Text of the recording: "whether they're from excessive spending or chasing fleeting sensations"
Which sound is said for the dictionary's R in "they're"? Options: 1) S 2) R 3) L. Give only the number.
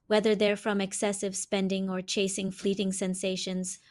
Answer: 2